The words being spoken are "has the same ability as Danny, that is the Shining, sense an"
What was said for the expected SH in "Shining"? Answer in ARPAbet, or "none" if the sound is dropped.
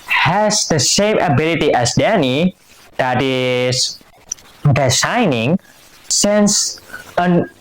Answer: S